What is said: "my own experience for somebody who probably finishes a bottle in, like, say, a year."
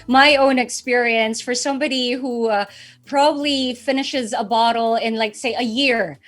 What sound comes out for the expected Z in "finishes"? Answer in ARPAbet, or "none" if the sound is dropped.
Z